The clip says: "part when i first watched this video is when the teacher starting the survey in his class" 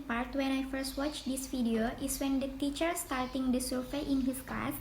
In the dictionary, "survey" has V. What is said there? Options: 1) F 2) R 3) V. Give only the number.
1